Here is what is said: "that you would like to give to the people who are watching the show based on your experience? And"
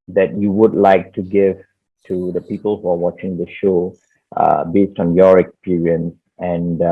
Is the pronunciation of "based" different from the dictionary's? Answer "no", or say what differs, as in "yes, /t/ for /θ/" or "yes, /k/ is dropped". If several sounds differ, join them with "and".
no